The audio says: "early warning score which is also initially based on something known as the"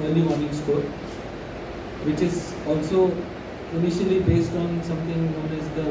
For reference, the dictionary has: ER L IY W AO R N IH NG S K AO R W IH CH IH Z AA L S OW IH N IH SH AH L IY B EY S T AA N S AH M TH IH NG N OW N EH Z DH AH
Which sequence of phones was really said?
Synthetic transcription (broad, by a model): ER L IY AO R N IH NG S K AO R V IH CH IH Z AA L S OW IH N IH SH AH L IY B EY S T AA N S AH M T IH NG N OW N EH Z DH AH